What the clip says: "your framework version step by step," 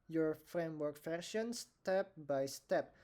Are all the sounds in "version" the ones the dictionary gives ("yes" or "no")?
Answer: no